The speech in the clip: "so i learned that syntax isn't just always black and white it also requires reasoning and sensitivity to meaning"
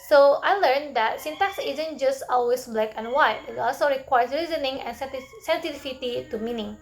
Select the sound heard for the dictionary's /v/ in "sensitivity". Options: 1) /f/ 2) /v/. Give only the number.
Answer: 1